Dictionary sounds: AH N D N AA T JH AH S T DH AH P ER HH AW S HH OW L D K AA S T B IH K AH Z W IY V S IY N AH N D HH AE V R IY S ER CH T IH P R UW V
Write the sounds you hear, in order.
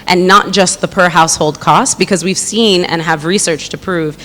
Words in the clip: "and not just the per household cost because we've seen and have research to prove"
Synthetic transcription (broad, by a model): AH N N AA T JH AH S T DH AH P ER HH AW S HH OW L D K AA S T B IH K AH Z W IY V S IY N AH N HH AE V R IY S ER CH T IH P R UW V